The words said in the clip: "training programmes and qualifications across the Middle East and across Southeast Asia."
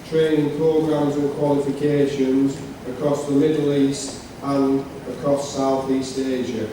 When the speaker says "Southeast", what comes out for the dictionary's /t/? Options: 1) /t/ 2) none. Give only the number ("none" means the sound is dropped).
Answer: 1